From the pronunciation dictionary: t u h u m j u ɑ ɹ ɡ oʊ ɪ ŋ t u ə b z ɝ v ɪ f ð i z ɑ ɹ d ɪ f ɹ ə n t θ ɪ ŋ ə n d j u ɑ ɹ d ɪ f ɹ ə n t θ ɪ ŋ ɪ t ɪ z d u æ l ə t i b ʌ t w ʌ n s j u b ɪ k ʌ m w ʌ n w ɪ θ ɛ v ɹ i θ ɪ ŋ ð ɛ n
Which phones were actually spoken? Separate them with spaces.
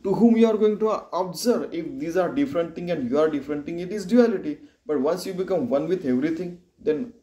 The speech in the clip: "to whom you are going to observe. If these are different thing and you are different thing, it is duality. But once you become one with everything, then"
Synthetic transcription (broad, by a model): t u h u m j u ɑ ɹ ɡ oʊ ɪ ŋ t u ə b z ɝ ɪ f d i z ɑ ɹ d ɪ f ɹ ə n t t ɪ ŋ ə n d j u ɑ ɹ d ɪ f ɹ ə n t t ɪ ŋ ɪ t ɪ z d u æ l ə t i b ʌ t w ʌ n s j u b ɪ k ʌ m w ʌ n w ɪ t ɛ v ɹ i t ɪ ŋ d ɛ n